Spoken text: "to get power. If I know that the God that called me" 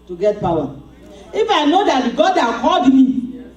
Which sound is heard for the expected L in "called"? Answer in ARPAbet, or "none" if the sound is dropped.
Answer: none